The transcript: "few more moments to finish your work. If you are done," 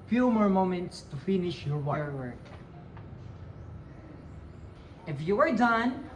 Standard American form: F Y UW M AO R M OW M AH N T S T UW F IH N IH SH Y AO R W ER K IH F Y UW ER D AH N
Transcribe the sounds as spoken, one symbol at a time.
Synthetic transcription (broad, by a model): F Y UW M AO R M OW M AH N T S T UW F IH N IH SH Y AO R W ER K IH F Y UW ER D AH N